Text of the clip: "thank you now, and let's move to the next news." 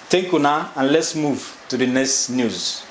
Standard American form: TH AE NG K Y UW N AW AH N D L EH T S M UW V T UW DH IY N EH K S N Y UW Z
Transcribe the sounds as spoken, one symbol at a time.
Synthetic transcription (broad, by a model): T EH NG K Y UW N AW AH N L EH T S M UW V T UW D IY N EH K S N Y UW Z